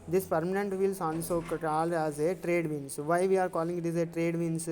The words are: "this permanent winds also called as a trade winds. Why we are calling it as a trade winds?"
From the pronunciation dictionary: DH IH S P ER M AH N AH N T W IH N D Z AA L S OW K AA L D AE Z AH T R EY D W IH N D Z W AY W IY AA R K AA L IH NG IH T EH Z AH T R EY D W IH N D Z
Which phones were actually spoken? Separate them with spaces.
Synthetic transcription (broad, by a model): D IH S P ER M AH N AH N T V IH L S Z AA N S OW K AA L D AE Z AH T R EY D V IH N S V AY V IY AA R K AA L IH NG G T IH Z AH T R EY D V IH N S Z